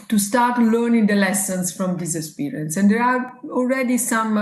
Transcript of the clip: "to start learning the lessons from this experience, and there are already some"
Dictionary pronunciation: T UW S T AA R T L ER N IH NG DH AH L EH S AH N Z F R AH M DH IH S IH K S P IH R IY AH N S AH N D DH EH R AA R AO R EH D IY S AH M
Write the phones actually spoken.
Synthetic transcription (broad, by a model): T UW S T AA R T L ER N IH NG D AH L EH S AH N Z F R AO M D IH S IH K S P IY R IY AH N S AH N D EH R AA R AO L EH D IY S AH M